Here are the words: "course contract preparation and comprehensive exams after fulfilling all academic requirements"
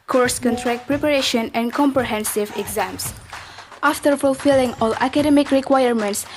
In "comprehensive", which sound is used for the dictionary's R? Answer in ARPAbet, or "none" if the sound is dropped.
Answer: R